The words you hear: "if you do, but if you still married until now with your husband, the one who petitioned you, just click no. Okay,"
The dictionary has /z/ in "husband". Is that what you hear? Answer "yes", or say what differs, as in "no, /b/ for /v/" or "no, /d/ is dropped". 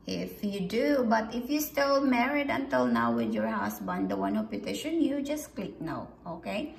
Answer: no, /s/ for /z/